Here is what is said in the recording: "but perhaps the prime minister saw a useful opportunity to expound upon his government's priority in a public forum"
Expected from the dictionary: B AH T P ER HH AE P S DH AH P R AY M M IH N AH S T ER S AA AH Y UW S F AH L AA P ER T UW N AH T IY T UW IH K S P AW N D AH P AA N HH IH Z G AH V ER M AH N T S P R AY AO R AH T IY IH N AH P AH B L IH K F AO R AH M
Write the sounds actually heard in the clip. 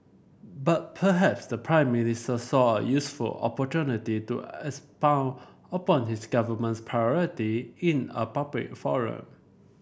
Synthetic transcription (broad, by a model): B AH T P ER HH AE P S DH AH P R AY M M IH N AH S T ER S AA AH Y UW S F AH L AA P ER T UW N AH T IY T UW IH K S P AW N AH P AA N HH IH S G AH V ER M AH N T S P R AY AO R AH T IY IH N AH P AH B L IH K F AO R AH M